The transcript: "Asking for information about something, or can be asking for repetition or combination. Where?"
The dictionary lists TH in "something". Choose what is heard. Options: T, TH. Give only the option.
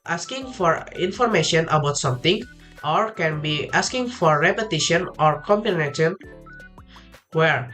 T